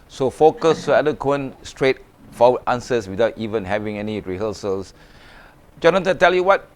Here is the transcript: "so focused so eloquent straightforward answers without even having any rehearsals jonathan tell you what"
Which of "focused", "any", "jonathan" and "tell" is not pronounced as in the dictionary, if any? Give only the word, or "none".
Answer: jonathan